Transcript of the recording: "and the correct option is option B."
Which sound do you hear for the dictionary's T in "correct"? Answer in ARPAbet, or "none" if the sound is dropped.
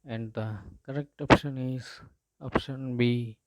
T